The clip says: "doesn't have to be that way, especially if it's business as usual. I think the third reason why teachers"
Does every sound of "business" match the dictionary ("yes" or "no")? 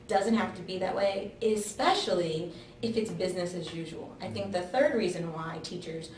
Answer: yes